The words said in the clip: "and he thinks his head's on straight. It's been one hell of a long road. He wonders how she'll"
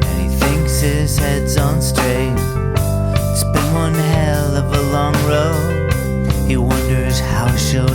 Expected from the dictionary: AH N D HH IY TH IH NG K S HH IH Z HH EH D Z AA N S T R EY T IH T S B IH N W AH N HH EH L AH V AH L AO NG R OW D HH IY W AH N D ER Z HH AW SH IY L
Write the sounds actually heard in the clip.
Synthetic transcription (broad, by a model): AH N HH IY TH IH NG K S HH IH Z HH EH D Z N S T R EY IH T S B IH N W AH N HH EH L AH V AH L AO NG R OW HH IY W AH N D ER Z HH AW SH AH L